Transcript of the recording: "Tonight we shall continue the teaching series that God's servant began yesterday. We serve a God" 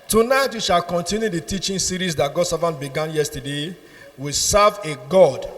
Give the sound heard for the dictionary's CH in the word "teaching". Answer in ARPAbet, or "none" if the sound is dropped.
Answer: CH